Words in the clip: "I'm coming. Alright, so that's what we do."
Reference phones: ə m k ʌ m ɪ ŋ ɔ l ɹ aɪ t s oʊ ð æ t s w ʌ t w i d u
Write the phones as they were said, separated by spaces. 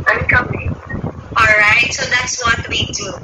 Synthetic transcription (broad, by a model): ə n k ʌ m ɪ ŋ ɔ l ɹ aɪ t s oʊ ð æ t s w ʌ t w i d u